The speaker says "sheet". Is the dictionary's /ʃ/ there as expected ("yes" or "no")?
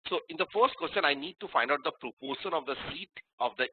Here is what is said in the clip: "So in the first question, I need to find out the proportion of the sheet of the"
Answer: no